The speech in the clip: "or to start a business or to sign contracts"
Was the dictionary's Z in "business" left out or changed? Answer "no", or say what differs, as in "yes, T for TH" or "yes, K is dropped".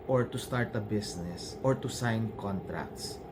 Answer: yes, S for Z